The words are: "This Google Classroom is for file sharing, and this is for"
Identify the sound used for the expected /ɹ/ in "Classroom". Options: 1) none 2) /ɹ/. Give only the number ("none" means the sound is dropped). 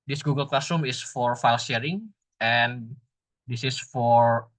1